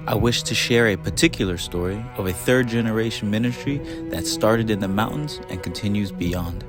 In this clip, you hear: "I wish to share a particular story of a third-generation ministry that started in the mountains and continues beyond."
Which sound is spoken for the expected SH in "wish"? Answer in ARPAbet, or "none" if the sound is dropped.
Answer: SH